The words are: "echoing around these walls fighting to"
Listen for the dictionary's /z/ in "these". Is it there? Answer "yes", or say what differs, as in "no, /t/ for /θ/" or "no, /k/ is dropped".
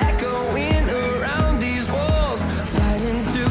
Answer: yes